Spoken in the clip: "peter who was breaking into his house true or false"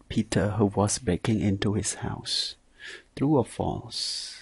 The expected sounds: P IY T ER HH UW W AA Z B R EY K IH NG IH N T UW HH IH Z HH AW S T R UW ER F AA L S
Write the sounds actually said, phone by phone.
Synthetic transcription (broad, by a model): P IY T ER HH UW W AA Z B EY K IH NG IH N T UW HH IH S HH AW S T R UW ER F AA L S